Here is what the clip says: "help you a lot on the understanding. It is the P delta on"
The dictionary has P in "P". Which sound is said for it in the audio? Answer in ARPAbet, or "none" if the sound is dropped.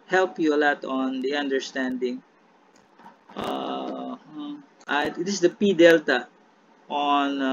P